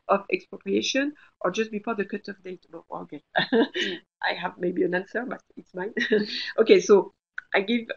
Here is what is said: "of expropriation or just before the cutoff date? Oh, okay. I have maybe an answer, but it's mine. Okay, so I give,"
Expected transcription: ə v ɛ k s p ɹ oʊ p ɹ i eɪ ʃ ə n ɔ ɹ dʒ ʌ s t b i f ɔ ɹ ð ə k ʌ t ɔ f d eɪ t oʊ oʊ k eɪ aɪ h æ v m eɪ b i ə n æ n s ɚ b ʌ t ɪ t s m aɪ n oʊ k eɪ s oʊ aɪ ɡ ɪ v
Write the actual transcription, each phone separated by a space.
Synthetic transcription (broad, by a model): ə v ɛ k s p ɹ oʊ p ɹ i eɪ ʃ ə n ɔ ɹ dʒ ʌ s t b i p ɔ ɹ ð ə k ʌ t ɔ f d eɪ t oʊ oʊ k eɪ aɪ h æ v m eɪ b i ə n æ n s ɚ b ʌ t ɪ t s m aɪ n oʊ k eɪ s oʊ aɪ ɡ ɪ v